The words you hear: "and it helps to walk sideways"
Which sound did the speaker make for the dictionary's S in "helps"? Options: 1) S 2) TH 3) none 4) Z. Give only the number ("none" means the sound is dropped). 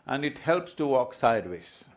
1